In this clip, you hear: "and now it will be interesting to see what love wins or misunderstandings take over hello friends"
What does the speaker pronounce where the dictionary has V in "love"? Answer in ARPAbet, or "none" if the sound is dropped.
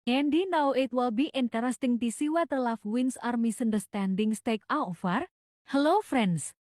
F